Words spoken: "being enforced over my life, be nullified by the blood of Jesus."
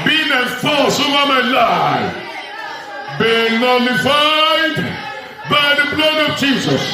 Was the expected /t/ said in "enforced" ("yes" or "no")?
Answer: no